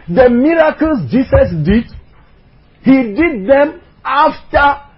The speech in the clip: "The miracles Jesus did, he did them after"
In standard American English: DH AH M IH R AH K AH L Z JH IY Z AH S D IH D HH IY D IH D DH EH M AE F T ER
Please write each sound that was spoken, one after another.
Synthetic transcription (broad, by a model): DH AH M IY R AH K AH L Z JH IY S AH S D IH D HH IY D IH D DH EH M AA F T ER